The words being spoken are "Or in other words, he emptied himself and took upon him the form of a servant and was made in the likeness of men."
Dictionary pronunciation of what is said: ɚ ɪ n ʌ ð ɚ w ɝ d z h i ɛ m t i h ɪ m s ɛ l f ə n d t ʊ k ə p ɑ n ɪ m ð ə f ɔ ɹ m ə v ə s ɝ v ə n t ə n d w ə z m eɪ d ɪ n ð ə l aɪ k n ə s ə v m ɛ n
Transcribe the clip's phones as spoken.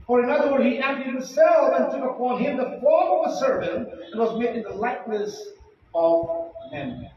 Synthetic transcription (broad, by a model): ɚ ɪ n ʌ ð ɚ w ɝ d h i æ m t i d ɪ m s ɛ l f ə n t ʊ k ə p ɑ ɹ ɪ m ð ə f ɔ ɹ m ə v ə s ɝ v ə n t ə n w ə z m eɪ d ɪ n ð ə l aɪ k n ə s ə v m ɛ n